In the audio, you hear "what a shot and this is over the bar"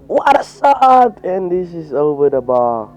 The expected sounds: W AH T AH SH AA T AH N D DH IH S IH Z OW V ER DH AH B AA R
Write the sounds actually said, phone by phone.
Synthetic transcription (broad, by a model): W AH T AH S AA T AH N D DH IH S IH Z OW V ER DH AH B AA